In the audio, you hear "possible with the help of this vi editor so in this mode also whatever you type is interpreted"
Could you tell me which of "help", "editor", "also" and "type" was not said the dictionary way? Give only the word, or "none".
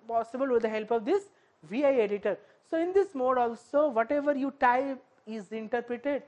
type